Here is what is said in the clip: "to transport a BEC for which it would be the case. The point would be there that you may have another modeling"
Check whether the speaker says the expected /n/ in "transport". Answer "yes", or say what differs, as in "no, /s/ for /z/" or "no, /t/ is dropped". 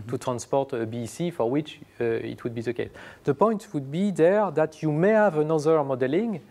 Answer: yes